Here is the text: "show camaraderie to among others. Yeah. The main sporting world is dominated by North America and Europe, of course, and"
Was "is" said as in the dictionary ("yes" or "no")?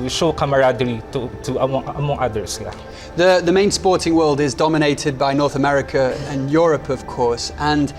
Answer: yes